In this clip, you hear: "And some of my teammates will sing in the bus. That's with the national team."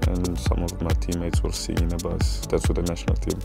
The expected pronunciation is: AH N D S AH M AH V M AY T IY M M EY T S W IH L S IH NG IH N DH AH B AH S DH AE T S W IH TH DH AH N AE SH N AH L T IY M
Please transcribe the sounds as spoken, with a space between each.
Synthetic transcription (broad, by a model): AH N S AH M AH V M AY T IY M M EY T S W IH L S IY IH N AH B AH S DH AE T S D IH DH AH N AE SH N AH L T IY M